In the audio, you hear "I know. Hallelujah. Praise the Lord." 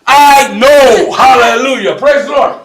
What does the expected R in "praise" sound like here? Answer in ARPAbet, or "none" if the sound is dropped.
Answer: R